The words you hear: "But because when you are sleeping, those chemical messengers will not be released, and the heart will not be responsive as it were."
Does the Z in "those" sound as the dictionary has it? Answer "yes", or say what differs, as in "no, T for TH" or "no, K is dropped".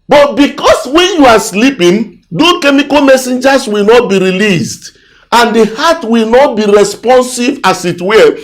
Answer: no, Z is dropped